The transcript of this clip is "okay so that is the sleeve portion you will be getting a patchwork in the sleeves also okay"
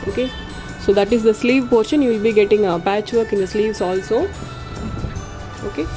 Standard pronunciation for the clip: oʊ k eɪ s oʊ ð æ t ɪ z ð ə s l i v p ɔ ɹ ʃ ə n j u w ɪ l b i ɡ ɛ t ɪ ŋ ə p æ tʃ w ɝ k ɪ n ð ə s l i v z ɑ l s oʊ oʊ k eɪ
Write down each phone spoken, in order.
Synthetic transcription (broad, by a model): oʊ k eɪ s oʊ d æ t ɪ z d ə s l i v p ɔ ɹ ʃ ə n j u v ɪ l b i ɡ ɛ t ɪ ŋ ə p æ tʃ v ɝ k ɪ n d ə s l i v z ɑ l s oʊ oʊ k eɪ